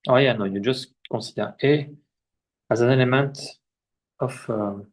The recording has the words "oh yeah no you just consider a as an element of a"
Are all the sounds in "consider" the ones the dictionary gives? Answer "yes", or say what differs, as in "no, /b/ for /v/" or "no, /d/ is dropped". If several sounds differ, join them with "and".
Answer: no, /n/ is dropped